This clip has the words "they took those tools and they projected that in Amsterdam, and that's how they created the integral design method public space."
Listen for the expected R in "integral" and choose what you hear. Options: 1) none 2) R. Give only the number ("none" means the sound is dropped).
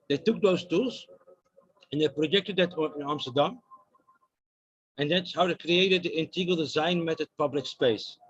1